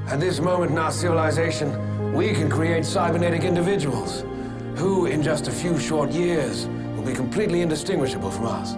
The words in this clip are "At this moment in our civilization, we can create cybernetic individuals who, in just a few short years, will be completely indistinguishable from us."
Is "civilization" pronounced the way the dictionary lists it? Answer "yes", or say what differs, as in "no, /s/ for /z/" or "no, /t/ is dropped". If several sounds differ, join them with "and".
yes